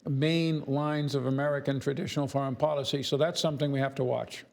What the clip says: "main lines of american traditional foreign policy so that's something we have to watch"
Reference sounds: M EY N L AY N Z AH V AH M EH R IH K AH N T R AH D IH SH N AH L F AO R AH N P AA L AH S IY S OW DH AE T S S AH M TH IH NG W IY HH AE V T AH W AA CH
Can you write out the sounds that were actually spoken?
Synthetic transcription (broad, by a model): M EY N L AY N Z AH V AH M EH R IH K AH N T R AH D IH SH N L F AO R AH N P AA L AH S IY S OW DH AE T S S AH M TH IH NG W IY HH AE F T AH W AA CH